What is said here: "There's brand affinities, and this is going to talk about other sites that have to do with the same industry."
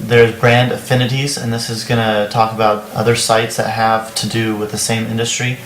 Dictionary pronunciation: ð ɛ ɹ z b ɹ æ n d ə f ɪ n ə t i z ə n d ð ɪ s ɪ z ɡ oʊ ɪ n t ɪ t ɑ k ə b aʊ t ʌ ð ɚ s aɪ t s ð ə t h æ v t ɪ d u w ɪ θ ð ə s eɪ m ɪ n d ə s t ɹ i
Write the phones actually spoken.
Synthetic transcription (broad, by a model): ð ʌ ɹ z b ɹ æ n d ə f ɪ n ə t i z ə n ð ɪ s ɪ z ɡ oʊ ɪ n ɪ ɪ t ɑ k ə b aʊ t ʌ ð ɚ s aɪ t s ð ə t h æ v t ɪ d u w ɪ ð ə s eɪ m ɪ n d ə s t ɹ i